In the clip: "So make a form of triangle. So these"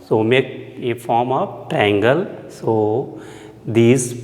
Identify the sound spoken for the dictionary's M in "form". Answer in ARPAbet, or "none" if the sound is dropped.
M